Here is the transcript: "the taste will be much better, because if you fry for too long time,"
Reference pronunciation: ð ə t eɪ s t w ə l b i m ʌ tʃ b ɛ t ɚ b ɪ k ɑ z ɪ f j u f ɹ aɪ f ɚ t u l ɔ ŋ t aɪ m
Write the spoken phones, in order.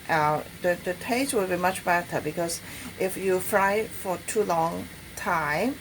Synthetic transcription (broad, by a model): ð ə t eɪ s t w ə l b i m ʌ tʃ b ɛ t ɚ b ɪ k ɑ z ɪ f j u f ɹ aɪ f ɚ t u l ɔ ŋ t aɪ m